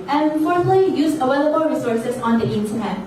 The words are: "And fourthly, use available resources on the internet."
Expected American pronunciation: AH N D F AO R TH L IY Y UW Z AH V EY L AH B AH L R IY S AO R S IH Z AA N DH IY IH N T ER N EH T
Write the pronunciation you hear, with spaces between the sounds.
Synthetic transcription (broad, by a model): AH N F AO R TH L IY Y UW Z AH W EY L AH B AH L R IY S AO R S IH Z AA N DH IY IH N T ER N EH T